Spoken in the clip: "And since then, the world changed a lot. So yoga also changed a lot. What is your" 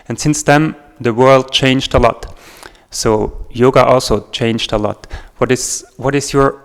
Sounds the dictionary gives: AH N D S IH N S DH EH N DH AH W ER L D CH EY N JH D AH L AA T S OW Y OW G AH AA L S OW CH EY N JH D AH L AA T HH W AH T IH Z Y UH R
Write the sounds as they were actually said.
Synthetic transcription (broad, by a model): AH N S IH N S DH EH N DH AH W ER L D CH EY N JH D AH L AA T S OW Y OW G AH AA L S OW CH EY N JH D AH L AA T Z W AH T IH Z Y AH R